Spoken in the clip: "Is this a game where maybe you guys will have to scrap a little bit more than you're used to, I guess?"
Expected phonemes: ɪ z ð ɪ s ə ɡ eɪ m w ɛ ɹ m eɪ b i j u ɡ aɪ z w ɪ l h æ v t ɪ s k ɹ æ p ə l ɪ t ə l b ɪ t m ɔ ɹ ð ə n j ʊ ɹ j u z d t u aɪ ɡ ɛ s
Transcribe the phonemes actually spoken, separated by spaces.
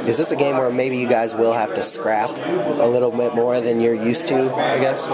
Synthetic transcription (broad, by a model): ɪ z ð ɪ s ə ɡ eɪ m w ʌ ɹ m eɪ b i j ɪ ɡ aɪ z w ɪ l h æ f t ɪ s k ɹ æ p ə l ɪ t l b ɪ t m ɔ ɹ ð ə n j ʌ ɹ j u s t u aɪ ɡ ɛ s